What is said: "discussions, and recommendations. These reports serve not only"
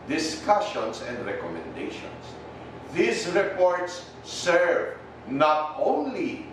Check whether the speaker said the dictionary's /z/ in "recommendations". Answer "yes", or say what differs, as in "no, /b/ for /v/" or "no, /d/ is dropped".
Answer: no, /s/ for /z/